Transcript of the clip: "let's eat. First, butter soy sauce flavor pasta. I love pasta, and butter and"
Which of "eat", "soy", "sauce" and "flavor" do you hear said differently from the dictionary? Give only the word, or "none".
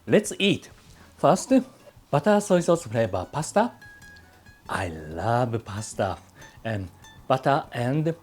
flavor